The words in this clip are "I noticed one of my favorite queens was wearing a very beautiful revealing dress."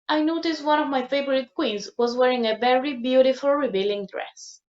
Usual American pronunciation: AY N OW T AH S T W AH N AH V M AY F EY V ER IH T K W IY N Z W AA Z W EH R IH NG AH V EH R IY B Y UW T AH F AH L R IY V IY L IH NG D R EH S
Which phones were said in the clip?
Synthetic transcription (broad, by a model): AY N OW T AH S T W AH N AH V M AY F EY V ER IH T K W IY N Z W AA Z W EH R IH NG AH V EH R IY B Y UW T AH F AH L R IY B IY L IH NG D R EH S